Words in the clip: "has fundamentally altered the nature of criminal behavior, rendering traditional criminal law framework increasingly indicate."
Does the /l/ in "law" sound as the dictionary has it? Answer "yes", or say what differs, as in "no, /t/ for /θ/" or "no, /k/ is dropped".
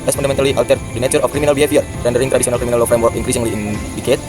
yes